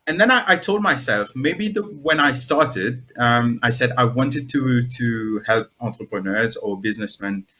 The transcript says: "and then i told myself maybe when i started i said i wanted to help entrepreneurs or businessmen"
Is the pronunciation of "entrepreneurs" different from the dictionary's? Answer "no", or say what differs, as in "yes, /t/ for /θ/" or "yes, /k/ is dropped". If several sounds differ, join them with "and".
no